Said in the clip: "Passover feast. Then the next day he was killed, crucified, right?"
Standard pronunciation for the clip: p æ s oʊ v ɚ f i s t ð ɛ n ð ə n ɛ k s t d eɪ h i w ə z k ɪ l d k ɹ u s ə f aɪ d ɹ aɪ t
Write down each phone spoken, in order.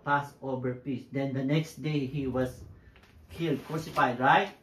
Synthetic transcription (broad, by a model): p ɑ s oʊ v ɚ p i s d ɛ n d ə n ɛ k s t d eɪ h i w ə s k ɪ l d k ɹ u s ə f aɪ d ɹ aɪ t